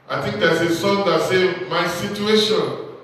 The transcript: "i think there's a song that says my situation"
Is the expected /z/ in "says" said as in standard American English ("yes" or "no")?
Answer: no